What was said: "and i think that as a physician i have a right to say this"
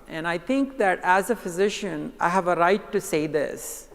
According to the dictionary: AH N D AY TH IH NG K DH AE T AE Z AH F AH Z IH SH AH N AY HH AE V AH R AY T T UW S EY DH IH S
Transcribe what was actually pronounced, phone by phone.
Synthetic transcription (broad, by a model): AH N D AY T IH NG K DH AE T AE Z AH F AH Z IH SH AH N AY HH AE V AH R AY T T UW S EY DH IH S